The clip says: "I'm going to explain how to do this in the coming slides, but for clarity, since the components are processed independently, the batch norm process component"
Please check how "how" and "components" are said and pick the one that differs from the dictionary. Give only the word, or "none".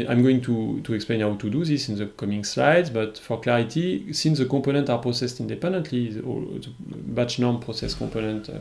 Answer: components